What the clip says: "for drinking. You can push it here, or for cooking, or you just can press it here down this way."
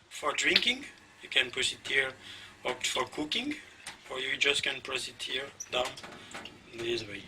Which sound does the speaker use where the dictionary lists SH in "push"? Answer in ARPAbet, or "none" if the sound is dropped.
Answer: S